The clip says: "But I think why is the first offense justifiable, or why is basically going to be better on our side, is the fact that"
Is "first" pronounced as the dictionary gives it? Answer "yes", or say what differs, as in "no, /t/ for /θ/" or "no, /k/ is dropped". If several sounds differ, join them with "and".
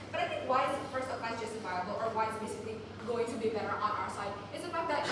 no, /t/ is dropped